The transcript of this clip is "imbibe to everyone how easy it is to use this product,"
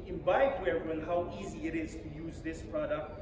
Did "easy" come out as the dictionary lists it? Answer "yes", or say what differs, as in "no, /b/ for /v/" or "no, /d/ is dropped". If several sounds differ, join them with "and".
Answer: yes